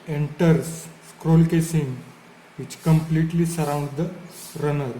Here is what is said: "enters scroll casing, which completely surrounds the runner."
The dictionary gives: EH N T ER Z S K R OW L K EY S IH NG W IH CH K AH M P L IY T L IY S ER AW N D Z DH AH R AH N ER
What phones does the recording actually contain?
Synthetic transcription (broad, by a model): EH N T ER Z S K R OW L K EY S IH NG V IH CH K AH M P L IY T L IY S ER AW N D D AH R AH N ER